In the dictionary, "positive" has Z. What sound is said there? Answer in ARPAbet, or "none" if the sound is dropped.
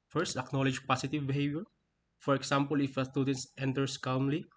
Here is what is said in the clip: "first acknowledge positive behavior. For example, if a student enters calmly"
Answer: S